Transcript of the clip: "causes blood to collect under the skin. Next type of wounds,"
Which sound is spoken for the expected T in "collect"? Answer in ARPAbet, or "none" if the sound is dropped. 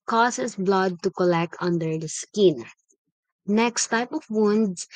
T